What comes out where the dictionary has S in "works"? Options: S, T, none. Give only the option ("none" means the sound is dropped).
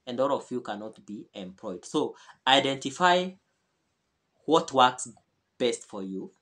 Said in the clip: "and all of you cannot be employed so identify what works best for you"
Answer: S